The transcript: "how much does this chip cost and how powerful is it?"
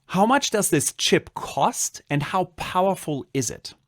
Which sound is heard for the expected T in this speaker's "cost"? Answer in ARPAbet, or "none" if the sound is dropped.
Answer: T